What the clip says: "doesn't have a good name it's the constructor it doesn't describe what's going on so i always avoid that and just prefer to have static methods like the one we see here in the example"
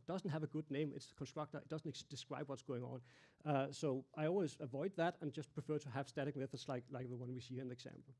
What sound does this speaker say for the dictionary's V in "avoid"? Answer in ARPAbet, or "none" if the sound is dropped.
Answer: V